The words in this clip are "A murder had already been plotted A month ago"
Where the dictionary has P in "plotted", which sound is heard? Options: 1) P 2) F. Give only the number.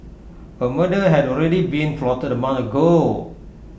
2